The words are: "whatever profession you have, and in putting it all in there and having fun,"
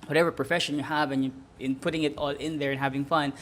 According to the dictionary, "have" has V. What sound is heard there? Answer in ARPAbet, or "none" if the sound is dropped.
V